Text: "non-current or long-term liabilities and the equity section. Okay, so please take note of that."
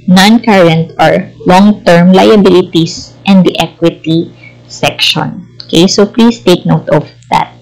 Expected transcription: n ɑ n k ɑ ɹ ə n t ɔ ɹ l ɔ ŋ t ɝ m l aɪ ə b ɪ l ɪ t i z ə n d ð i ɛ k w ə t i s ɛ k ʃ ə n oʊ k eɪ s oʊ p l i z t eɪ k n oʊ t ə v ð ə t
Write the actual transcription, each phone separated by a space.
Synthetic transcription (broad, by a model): n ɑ n k ɑ ɹ ə n t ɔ ɹ l ɔ ŋ t ɝ m l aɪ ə b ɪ l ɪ t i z ə n d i ɛ k w ə t i s ɛ k ʃ ə n oʊ k eɪ s oʊ p l i s t eɪ k n oʊ t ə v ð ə t